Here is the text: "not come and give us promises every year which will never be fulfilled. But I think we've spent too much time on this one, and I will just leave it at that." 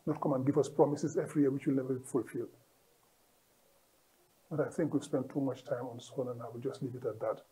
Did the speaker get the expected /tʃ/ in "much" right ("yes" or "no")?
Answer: yes